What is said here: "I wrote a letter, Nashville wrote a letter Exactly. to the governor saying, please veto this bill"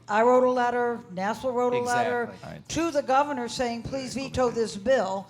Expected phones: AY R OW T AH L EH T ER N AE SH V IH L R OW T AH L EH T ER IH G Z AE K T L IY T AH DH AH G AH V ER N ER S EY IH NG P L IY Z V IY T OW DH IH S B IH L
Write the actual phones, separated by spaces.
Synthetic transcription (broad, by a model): AY R OW T AH L EH T ER N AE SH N L R OW T AH L EH T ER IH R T T AH DH AH G AH V ER N ER S EY IH NG P L IY Z V IY T OW DH IH S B IH L